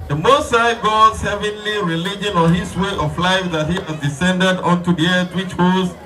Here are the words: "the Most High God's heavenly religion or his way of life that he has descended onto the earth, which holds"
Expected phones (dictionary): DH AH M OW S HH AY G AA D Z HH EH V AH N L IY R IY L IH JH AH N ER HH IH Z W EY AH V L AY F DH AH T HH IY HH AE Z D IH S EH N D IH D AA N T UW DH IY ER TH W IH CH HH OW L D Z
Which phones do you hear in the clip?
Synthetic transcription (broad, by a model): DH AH M OW S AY G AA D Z HH EH V AH N L IY R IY L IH JH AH N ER HH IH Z W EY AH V L AY F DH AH T HH IY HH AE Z D IH S EH N D IH D AA N T UW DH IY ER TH W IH CH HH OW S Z